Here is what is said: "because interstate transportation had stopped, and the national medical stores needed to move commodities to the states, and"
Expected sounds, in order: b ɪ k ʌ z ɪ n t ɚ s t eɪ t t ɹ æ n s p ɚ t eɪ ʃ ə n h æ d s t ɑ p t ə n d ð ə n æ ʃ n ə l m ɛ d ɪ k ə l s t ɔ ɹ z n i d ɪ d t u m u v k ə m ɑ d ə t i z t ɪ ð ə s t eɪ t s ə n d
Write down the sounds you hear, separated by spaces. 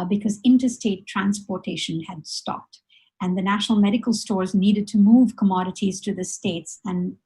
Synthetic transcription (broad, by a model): b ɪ k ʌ z ɪ n t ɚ s t eɪ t t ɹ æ n s p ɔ t eɪ ʃ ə n h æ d s t ɑ p t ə n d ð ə n æ ʃ n ə l m ɛ d ɪ k ə l s t ɔ ɹ z n i d ɪ d t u m u v k ə m ɑ d ə t i z t ɪ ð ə s t eɪ t s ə n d